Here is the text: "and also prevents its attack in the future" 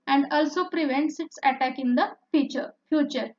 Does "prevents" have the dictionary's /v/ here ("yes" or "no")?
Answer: yes